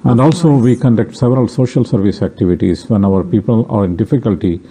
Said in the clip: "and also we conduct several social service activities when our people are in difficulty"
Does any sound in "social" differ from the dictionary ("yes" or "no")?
no